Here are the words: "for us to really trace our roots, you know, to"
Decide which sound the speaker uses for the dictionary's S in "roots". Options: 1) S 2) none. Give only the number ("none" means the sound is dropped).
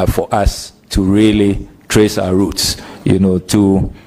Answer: 1